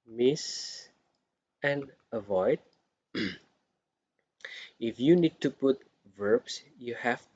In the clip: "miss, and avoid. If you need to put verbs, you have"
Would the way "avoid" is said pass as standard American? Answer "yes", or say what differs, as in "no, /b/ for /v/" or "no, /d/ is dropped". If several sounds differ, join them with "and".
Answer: yes